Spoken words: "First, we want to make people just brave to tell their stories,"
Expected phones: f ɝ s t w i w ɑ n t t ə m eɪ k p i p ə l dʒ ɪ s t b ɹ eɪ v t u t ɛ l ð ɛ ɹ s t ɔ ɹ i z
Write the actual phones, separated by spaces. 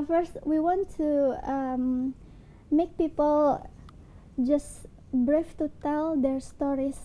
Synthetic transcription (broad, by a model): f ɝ s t w i w ɑ n t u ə m eɪ k p i p ə l dʒ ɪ s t b ɹ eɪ f t u t ɛ l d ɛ ɹ s t ɔ ɹ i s